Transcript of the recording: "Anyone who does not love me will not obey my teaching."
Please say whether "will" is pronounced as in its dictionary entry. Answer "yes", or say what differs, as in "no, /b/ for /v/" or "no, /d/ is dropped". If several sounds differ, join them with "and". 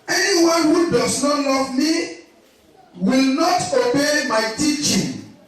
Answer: yes